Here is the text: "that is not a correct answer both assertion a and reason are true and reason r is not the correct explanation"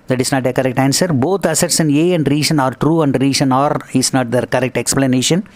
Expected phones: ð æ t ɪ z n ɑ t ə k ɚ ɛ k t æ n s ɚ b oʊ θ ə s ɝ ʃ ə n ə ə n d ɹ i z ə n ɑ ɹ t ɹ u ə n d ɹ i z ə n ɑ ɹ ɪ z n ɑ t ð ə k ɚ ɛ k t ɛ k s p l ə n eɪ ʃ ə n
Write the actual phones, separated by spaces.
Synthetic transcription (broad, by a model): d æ t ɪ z n ɑ t ə k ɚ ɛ k t æ n s ɚ b oʊ t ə s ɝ s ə n ə ə n d ɹ i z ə n ɑ ɹ t ɹ u ə n d ɹ i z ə n ɑ ɹ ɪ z n ɑ t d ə k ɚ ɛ k t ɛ k s p l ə n eɪ ʃ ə n